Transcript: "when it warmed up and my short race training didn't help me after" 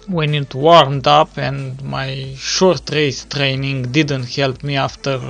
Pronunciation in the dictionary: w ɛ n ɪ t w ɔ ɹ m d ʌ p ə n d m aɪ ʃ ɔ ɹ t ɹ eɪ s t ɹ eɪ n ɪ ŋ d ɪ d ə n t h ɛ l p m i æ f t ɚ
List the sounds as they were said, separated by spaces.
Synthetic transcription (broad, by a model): w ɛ n ɪ t w ɔ ɹ m d ʌ p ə n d m aɪ ʃ ɔ ɹ t ɹ eɪ s t ɹ eɪ n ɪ ŋ d ɪ d ə n t h ɛ l p m i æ f t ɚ